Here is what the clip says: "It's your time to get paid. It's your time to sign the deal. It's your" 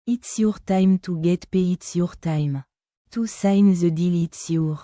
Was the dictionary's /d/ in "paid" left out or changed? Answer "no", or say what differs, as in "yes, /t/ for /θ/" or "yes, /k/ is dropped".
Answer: yes, /d/ is dropped